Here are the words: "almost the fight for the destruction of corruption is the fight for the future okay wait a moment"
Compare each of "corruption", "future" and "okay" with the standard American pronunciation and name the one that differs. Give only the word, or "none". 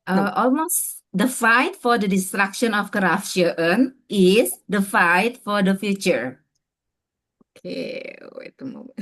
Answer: corruption